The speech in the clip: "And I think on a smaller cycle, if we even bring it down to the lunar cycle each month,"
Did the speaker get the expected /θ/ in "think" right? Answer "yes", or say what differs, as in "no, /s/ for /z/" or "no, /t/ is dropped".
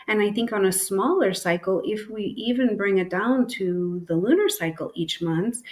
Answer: yes